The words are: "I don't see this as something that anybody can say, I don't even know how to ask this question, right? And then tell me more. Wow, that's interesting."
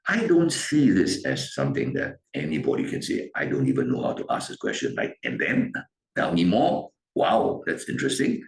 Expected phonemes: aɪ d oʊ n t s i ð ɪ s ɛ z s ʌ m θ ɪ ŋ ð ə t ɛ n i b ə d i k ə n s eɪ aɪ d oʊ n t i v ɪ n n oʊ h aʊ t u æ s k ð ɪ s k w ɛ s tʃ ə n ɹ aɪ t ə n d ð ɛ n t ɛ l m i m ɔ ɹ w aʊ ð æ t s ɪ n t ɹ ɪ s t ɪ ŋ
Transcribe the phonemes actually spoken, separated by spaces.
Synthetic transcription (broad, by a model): aɪ d oʊ n t s i ð ɪ s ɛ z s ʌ m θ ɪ ŋ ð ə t ɛ n i b ə d i k ə n s eɪ aɪ d oʊ n t i v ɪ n n oʊ h aʊ t u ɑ s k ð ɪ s k w ɛ s tʃ ə n l aɪ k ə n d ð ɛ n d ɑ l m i m ɔ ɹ w aʊ ð æ t s ɪ n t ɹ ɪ s t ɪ ŋ